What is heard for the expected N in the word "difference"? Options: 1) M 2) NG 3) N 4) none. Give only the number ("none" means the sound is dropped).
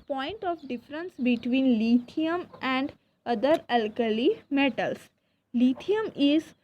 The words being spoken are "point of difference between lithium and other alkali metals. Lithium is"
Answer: 3